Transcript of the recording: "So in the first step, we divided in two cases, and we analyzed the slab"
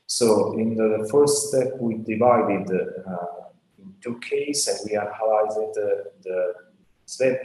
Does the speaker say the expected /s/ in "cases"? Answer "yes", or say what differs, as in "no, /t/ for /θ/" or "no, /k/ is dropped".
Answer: no, /s/ is dropped